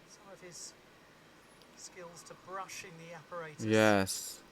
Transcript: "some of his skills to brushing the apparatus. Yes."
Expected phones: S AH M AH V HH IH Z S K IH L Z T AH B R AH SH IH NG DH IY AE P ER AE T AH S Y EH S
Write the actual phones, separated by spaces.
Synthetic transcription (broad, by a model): S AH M AH V IH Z S K IH L Z T AH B R AH SH IH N DH IY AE P ER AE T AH Y EH S